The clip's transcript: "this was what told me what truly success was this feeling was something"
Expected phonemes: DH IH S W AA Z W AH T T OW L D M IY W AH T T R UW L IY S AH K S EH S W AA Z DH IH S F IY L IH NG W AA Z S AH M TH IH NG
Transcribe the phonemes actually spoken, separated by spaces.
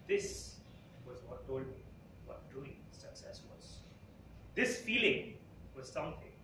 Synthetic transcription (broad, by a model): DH IH S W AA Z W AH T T OW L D M IY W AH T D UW IY S AH K S EH S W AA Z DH IH S F IY L IH NG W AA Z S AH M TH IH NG